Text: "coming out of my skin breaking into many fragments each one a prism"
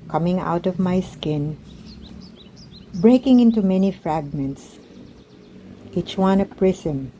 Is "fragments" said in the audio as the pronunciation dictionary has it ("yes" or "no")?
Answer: yes